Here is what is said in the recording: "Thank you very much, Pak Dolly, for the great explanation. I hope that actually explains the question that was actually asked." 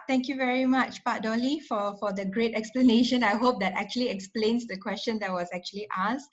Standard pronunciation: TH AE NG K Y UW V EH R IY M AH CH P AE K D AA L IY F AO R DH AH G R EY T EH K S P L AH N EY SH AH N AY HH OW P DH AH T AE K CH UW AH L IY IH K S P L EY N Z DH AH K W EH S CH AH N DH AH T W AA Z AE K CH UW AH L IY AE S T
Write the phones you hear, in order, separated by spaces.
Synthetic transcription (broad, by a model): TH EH NG K Y UW V EH R IY M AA CH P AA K D AA L IY F AO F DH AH G R EY T EH K S P L AH N EY SH AH N AY HH OW P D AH T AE K CH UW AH L IY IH K S P L EY N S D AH K W EH S CH AH N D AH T W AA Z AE K CH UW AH L IY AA S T